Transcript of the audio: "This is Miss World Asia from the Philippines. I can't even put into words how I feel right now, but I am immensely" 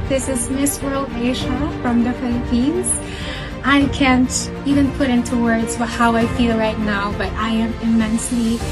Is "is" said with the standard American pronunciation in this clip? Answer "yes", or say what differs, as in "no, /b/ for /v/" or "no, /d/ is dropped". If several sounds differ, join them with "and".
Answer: yes